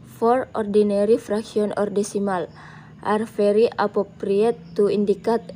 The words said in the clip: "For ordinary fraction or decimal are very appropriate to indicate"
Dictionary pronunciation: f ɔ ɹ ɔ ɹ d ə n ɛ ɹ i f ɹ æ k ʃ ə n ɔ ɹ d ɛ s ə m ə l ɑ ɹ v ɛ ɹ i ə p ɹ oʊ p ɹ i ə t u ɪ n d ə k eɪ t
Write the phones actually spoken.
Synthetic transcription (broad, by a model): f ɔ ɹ ɔ ɹ d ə n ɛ ɹ i f ɹ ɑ k s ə n ɔ ɹ d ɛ s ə m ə l ɑ ɹ f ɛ ɹ i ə p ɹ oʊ p ɹ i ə t u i n d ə k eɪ t